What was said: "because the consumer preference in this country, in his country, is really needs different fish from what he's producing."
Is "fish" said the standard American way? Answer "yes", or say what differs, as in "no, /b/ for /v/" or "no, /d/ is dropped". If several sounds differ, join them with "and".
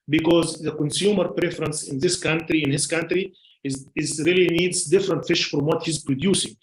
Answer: yes